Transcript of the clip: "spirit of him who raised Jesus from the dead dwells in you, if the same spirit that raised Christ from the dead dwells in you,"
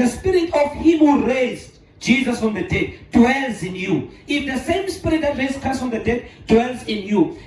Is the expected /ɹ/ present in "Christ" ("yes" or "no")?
no